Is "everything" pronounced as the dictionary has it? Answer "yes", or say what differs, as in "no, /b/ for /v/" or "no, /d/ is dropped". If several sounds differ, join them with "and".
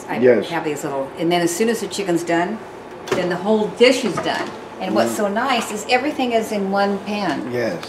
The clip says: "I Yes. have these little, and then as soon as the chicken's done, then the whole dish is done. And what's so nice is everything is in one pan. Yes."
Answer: yes